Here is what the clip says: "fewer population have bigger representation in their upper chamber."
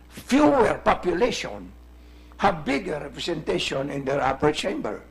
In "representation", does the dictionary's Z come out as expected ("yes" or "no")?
no